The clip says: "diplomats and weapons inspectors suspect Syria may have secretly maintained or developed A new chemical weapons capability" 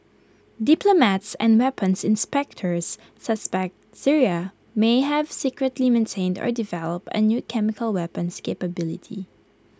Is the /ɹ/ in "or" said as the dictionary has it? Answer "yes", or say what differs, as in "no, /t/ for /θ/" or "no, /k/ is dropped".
yes